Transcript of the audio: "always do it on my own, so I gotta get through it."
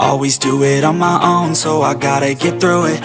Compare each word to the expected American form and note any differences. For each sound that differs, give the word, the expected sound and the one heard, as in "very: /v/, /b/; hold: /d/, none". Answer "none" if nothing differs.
none